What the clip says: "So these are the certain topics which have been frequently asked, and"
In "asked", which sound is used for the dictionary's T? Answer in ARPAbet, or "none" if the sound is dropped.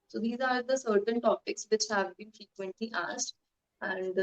T